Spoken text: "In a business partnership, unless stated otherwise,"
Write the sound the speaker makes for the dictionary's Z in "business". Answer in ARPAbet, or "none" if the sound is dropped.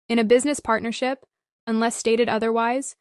Z